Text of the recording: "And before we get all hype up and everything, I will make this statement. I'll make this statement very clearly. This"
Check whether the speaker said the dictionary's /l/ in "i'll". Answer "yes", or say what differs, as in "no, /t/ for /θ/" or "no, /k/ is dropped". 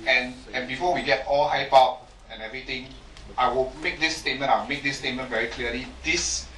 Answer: no, /w/ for /l/